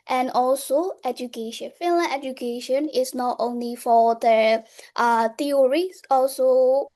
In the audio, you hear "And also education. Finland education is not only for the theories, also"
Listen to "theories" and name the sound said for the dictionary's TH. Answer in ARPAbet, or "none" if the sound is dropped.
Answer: T